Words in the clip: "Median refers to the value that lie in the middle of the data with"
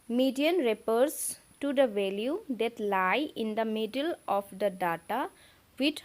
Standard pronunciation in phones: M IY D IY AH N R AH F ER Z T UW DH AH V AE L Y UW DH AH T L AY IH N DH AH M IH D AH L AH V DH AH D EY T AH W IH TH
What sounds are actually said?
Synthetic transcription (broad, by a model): M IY D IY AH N R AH P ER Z T UW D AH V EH L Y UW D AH T L AY IH N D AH M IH D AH L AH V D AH D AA T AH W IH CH